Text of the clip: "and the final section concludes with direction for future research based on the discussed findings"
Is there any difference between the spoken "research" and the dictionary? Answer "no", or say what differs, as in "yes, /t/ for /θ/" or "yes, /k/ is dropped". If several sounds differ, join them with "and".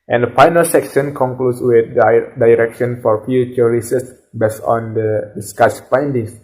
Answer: yes, /s/ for /tʃ/